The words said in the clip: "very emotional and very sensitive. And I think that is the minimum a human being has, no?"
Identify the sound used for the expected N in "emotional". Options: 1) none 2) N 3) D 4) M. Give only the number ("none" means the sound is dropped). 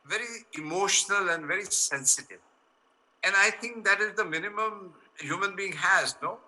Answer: 2